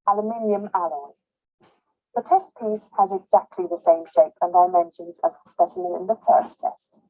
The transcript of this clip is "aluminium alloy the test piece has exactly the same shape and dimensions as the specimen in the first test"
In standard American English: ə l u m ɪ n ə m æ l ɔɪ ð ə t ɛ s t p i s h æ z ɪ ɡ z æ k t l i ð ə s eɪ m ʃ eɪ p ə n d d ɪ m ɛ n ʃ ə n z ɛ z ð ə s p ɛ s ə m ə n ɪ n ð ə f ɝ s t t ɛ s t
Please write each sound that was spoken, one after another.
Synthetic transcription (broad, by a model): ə l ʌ m ɪ n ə m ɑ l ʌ ð ə t ɛ s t p i s h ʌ z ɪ ɡ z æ k t l i ð ə s eɪ m ʃ eɪ p ə n d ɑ ɪ m ɛ n ʃ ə n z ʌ z ð ə s p ɛ s ə m ə n ɪ n ð ə f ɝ s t t ɛ s t